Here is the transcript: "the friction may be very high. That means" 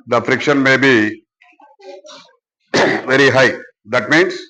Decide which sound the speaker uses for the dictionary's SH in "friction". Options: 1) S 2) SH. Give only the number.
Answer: 2